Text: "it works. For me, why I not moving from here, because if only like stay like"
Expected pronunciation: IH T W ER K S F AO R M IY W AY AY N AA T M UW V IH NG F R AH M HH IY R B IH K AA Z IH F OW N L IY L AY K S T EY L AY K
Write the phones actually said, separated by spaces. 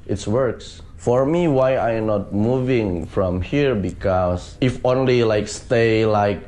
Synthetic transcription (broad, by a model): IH T W ER K S F AO R M IY W AY AY N AA T M UW V IH NG F R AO M HH IY R B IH K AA S IH F OW N L IY L AY K S T EY L AY K